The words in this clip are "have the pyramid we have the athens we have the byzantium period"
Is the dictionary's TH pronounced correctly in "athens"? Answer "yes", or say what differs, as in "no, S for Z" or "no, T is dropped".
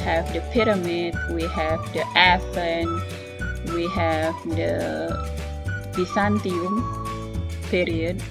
no, F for TH